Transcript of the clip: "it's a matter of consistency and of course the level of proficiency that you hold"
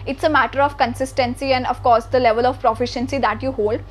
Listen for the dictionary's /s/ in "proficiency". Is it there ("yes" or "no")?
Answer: yes